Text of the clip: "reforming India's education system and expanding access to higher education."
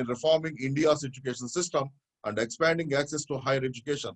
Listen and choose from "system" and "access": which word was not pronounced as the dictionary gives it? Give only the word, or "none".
none